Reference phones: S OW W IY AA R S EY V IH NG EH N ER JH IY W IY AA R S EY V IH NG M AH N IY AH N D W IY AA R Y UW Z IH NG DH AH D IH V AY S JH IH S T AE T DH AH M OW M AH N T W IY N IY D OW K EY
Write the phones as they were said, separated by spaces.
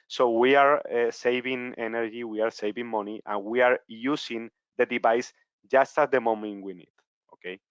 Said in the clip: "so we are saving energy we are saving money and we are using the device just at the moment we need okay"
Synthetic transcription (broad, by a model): S OW W IY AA R S EY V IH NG EH N ER JH IY W IY AA R S EY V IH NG M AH N IY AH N W IY AA R Y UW S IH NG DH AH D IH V AY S JH IH S T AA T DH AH M OW M AH N T W IY N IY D OW K EY